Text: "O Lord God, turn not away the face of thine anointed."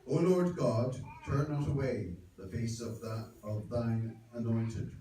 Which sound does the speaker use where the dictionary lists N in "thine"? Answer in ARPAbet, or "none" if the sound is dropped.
N